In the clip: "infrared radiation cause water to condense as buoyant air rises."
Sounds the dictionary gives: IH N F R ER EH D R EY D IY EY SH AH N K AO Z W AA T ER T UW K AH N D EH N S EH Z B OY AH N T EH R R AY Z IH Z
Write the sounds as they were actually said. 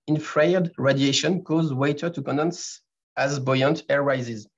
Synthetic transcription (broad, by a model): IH N F R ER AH D R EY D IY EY SH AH N K AO Z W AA T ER T UW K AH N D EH N S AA Z B OY AH N T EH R R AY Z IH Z